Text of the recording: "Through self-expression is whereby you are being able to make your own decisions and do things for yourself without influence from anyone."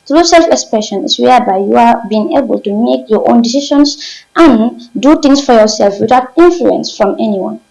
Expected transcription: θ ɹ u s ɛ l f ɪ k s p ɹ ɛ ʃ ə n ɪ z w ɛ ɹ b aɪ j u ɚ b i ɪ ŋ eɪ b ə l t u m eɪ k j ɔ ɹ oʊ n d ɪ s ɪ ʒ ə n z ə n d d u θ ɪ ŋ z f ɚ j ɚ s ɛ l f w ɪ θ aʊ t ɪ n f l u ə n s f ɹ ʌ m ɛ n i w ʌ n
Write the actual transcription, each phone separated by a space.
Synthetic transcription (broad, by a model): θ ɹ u s ɛ l f ɪ k s p ɹ ɛ ʃ ə n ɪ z w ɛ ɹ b aɪ j u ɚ b i ɪ ŋ eɪ b ə l t u m eɪ k j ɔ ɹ oʊ n d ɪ s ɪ ʃ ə n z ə n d d u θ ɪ ŋ s f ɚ j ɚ s ɛ l f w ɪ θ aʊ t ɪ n f l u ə n s f ɹ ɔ m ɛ n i w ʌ n